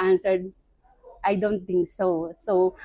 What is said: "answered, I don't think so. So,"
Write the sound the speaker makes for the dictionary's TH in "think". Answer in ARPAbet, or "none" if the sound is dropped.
T